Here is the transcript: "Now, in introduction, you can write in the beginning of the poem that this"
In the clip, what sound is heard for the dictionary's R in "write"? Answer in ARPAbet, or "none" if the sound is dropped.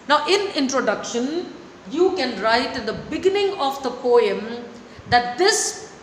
R